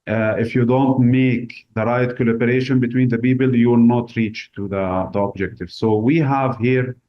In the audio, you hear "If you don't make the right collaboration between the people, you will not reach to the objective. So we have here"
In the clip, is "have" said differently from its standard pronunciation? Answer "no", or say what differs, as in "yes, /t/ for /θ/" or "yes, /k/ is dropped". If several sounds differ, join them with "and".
no